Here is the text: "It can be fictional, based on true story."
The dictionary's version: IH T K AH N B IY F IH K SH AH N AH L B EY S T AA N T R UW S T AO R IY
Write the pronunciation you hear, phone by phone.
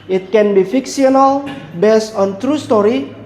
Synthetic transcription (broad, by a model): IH T K AH N B IY F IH K S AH N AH L B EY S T AA N T R UW S T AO R IY